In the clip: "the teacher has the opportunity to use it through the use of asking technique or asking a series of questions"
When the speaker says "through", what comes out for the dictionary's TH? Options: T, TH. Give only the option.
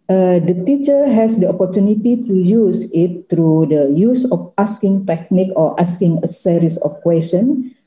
T